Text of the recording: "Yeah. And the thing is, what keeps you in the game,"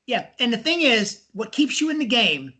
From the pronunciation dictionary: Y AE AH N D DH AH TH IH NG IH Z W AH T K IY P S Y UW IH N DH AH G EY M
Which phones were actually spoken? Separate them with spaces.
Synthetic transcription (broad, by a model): Y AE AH N DH AH TH IH NG IH Z W AH T K IY P S Y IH IH N DH AH G EY M